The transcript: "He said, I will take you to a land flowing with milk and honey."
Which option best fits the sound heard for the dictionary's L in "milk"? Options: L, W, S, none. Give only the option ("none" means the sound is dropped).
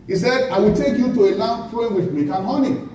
none